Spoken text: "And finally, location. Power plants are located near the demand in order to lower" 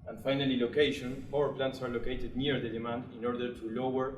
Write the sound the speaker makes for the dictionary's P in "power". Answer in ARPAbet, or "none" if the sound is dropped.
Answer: F